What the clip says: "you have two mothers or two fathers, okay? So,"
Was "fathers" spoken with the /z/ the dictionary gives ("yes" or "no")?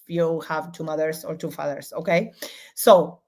no